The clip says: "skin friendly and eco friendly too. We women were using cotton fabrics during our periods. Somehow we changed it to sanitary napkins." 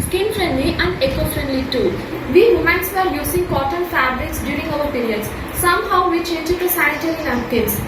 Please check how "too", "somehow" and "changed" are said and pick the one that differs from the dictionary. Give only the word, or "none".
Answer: changed